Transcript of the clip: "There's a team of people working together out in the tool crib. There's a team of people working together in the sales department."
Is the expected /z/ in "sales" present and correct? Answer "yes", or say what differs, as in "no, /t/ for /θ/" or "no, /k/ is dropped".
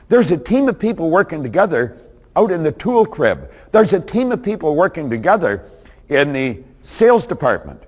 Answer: yes